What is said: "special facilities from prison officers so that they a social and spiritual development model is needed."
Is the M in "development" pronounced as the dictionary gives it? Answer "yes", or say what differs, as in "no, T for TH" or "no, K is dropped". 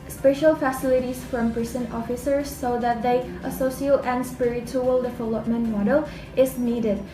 yes